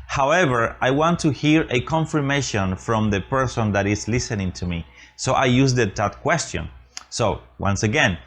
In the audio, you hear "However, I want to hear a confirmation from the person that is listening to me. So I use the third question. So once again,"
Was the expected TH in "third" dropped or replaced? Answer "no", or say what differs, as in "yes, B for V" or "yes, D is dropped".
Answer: yes, T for TH